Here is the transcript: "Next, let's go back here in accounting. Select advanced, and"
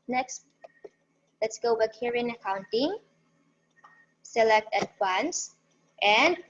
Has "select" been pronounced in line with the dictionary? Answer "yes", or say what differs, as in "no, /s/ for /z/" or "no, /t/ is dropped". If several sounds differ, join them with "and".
yes